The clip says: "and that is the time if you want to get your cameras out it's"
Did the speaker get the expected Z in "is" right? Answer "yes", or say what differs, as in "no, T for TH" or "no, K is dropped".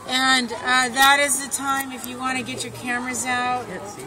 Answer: yes